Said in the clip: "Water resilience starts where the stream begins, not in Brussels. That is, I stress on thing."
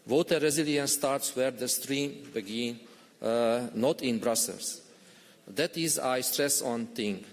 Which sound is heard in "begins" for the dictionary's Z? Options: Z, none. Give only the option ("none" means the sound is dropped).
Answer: none